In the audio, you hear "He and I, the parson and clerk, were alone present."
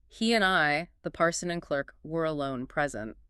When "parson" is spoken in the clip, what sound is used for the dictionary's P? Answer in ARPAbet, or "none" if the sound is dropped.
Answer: P